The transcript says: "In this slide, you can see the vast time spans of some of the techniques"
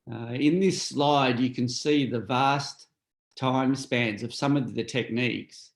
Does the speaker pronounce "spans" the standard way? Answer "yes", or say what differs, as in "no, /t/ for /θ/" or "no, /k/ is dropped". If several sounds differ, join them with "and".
yes